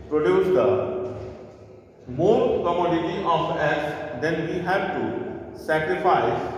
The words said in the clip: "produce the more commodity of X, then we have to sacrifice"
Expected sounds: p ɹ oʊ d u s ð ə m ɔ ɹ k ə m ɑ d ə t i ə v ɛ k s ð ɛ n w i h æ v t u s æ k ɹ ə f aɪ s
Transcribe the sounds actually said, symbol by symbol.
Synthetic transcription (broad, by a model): p ɹ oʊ d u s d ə m ɔ ɹ k ə m ɑ d ə t i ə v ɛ s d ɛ n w i h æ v t u s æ k ɹ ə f aɪ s